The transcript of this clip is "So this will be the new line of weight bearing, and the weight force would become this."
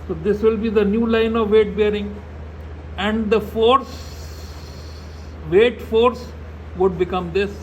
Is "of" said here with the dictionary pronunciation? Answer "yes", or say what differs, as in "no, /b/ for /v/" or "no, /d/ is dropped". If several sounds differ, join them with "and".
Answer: yes